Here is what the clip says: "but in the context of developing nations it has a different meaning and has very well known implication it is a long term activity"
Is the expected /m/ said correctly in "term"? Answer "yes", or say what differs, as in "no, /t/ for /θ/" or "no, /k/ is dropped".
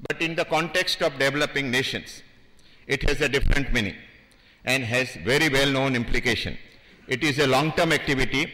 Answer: yes